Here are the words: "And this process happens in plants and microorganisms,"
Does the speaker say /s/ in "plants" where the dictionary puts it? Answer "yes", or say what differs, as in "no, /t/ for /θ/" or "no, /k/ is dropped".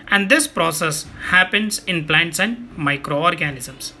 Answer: yes